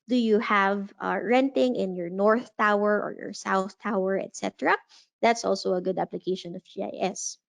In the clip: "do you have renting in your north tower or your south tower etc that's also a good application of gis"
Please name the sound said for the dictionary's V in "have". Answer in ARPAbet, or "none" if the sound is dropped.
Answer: V